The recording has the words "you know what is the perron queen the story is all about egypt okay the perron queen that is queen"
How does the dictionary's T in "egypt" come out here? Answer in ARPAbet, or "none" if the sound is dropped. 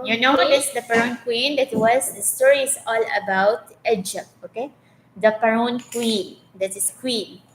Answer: none